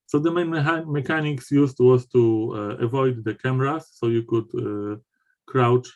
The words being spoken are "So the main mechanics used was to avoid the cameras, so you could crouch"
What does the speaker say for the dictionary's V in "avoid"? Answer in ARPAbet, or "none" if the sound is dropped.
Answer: V